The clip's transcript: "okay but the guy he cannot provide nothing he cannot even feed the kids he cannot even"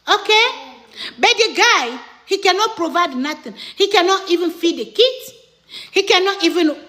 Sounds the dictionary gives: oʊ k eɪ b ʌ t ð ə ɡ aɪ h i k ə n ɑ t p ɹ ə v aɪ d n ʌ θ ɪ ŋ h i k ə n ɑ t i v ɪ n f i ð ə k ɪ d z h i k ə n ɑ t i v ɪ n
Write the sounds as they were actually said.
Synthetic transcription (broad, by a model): oʊ k eɪ b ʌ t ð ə ɡ aɪ h i k ə n ɑ t p ɹ ə v aɪ d n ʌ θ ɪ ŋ h i k ə n ɑ t i v ɪ n f i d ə k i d h i k ə n ɑ t i v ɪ n